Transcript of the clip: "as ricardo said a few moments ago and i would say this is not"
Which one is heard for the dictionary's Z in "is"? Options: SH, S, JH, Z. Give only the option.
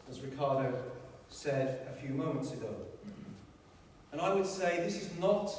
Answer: Z